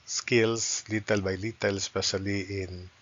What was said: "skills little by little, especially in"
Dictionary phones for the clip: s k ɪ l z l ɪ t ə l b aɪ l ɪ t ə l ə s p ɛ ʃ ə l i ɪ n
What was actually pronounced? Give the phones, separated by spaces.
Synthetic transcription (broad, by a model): s k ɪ l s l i t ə l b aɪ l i t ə l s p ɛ s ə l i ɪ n